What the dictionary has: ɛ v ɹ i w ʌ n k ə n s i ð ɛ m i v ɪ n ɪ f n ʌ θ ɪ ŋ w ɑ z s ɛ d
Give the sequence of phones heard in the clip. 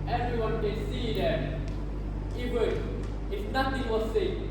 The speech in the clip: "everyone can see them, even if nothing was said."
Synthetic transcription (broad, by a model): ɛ v ɹ i w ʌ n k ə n s i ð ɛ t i w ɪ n ɪ f n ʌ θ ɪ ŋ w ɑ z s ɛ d